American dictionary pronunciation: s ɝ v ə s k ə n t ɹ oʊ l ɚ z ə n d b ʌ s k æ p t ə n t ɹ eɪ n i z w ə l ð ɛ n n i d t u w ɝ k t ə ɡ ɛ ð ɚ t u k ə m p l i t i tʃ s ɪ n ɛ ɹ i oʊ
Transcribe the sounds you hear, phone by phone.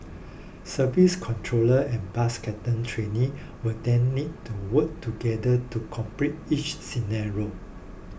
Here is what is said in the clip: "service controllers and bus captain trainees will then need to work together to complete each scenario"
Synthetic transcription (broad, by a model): s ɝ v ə s k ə n t ɹ oʊ l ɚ ə n b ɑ s k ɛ t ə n t ɹ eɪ n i w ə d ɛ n n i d t u w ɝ k t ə ɡ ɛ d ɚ t u k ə m p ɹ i t i tʃ s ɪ n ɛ ɹ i oʊ